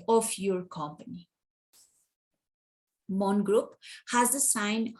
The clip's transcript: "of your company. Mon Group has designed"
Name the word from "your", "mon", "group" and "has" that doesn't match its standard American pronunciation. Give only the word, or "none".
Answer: none